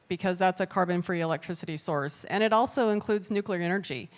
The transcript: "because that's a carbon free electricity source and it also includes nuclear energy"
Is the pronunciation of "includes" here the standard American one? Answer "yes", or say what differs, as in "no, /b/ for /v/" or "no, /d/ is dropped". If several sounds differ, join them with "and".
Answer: yes